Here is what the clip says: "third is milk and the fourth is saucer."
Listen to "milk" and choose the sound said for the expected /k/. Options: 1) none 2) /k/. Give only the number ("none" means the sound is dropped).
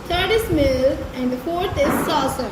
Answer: 1